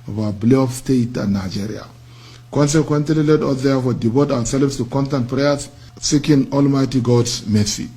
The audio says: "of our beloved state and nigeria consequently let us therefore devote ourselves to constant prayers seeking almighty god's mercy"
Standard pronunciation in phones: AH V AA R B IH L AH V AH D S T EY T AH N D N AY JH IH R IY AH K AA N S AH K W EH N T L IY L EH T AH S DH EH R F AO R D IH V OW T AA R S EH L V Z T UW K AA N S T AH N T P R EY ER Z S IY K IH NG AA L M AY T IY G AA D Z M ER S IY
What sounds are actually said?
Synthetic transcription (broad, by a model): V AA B L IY AH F S T EY T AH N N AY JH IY R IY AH K AA N S AH K W EH N T L IY L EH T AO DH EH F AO D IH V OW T AA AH S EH L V S T UW K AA N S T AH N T P R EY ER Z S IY K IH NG AA L M AY T IY G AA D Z M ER S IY